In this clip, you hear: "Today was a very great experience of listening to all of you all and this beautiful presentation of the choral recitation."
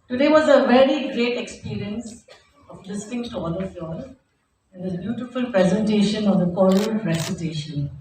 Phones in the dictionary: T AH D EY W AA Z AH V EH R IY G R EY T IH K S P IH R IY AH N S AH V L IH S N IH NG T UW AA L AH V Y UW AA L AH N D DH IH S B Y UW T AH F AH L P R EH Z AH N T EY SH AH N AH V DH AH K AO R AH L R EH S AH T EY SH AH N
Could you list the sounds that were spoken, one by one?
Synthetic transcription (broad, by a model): T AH D EY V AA Z AH V EH R IY G R EY T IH K S P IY R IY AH N S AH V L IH S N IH NG T UW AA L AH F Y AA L AH N D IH B Y UW T AH F AH L P R EH Z AH N T EY SH AH N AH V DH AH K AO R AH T R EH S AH T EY SH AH N